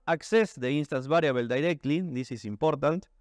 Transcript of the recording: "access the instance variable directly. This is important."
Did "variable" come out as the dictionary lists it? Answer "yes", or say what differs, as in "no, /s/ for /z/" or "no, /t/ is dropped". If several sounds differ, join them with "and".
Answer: no, /b/ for /v/